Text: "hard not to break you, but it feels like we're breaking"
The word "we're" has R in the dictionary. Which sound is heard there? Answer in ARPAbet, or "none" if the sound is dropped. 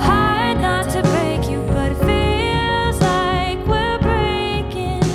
L